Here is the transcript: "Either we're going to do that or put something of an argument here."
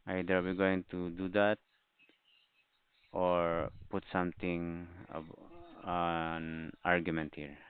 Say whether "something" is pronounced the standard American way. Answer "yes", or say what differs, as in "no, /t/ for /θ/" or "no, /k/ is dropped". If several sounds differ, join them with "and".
no, /t/ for /θ/